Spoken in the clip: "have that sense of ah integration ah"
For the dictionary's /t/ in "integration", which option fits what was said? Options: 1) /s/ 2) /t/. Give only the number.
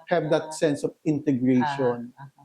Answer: 2